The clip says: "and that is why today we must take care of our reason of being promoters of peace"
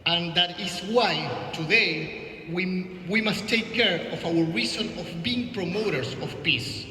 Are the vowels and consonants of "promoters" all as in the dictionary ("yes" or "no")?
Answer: no